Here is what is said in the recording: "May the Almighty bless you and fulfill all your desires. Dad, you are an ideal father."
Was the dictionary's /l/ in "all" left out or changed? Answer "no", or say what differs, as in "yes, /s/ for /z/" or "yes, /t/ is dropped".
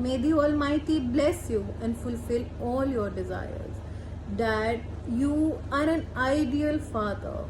no